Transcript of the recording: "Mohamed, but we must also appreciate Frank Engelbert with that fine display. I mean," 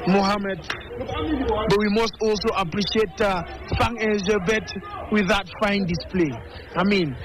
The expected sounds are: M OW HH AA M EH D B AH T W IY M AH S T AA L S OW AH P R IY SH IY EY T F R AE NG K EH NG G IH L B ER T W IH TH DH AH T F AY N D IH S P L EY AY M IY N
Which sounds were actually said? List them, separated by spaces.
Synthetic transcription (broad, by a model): M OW HH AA M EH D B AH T W IY M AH S T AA L S OW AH P R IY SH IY EY T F AA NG EH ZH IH B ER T W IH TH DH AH T F AY N D IH S P L EY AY M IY N